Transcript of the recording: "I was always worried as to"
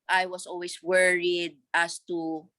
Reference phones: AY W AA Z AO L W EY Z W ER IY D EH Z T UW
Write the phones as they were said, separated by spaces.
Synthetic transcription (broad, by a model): AY W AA S AO L W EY S W ER IY D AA S T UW